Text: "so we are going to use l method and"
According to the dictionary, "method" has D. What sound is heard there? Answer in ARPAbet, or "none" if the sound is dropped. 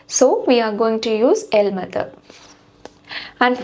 none